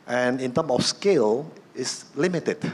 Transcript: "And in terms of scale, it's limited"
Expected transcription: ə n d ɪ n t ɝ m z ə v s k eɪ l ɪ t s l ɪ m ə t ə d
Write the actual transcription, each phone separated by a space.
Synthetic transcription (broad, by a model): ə n ɪ n t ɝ m ə f s k eɪ l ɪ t s l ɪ m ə t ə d